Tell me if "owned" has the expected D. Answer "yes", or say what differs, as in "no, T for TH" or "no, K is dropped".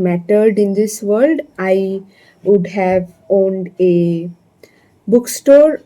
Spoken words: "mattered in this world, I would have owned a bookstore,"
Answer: yes